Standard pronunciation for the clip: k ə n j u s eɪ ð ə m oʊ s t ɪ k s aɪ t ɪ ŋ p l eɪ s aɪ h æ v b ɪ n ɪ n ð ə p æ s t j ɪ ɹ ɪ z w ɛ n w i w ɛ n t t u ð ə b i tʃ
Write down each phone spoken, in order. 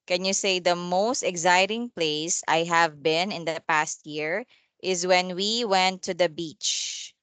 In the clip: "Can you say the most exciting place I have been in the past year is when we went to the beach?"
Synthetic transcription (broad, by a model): k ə n j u s eɪ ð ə m oʊ s t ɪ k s aɪ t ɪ ŋ p l eɪ s aɪ h æ v b ɪ n ɪ n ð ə p æ s t j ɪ ɹ ɪ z w ɛ n w i w ɛ n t t u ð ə b i tʃ